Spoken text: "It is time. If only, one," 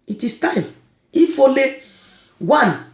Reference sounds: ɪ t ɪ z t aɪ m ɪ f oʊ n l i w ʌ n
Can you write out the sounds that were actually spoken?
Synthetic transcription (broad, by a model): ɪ t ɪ s t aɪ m ɪ f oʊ l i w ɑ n